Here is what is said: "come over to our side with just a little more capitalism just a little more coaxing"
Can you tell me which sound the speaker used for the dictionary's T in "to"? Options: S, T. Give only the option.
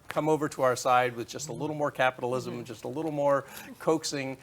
T